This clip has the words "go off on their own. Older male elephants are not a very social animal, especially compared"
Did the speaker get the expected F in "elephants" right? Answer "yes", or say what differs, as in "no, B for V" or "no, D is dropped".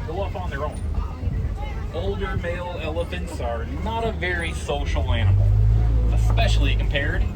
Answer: yes